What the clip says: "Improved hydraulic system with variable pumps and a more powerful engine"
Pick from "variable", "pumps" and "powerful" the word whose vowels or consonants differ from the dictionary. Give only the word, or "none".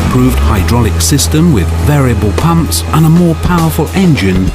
none